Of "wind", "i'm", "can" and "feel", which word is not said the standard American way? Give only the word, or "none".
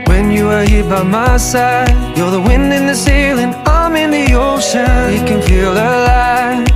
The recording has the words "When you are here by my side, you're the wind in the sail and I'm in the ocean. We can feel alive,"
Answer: none